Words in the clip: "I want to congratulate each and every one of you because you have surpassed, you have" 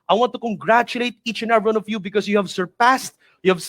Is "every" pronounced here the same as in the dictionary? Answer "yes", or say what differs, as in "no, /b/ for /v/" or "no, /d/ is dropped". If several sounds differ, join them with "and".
no, /ɹ/ is dropped